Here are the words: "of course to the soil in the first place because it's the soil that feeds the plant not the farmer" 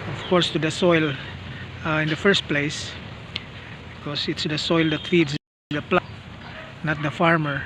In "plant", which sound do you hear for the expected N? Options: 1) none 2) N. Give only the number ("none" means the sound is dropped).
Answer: 1